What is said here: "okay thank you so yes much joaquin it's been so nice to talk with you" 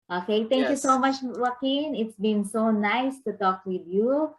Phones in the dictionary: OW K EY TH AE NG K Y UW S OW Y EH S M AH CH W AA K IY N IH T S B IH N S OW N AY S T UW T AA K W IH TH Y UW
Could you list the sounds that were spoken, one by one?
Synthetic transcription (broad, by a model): OW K EY T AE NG K Y UW S OW M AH CH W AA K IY N IH T S B IH N S OW N AY S T UW T AA K W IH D Y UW